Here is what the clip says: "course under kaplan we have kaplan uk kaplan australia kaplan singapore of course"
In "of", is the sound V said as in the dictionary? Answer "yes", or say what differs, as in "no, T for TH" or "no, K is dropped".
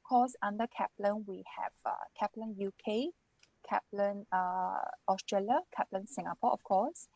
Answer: no, F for V